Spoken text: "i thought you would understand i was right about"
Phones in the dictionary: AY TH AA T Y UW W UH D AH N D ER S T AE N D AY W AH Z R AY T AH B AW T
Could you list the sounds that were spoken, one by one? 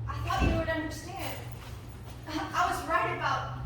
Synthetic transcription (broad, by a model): AY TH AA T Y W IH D AH N D ER S T AE N D AY W AH Z R AY T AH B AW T